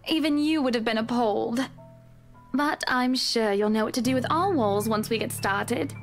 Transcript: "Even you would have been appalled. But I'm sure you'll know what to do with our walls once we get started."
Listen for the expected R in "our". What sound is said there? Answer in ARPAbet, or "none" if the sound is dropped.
L